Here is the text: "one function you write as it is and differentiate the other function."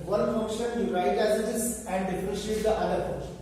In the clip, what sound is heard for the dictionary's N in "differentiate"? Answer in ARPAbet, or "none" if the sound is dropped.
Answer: none